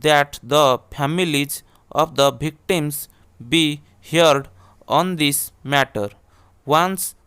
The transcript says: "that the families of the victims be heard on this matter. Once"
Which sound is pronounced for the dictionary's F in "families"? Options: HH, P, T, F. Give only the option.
P